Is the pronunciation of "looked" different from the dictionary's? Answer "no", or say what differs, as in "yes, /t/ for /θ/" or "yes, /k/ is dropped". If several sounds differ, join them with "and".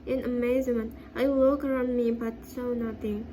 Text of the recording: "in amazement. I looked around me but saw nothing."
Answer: yes, /w/ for /l/ and /t/ is dropped